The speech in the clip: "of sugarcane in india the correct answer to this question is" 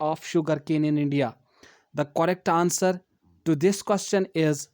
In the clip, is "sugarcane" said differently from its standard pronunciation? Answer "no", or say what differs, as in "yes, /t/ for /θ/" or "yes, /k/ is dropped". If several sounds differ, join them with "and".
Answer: no